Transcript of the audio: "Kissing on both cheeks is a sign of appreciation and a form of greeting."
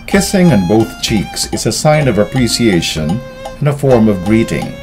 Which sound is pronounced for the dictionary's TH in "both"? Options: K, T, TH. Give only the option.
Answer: TH